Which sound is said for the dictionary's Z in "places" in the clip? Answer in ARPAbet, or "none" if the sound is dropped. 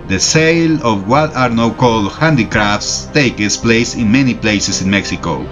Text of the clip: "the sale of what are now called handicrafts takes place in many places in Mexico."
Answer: S